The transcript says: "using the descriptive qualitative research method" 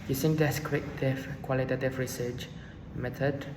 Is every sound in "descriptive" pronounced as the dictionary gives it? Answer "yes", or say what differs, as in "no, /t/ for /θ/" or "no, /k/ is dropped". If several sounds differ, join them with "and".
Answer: no, /w/ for /ɹ/